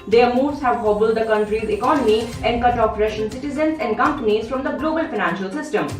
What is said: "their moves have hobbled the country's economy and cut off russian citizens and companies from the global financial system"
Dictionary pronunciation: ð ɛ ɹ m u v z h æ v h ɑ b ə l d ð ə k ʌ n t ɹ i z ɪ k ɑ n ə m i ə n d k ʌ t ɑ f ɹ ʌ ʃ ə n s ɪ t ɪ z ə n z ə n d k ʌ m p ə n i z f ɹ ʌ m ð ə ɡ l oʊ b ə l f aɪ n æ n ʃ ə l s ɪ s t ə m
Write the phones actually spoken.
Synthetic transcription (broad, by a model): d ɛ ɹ m u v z h æ v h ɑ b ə l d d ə k ʌ n t ɹ i z ɪ k ɑ n ə m i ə n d k ʌ t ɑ p ɹ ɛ ʃ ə n s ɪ t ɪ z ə n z ə n d k ʌ m p ə n i z f ɹ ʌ m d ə ɡ l oʊ b ə l f aɪ n æ n ʃ ə l s ɪ s t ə m